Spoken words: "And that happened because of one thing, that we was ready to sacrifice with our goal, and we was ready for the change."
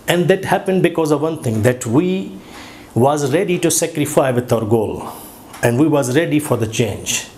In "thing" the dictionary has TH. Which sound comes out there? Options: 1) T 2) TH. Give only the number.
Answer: 1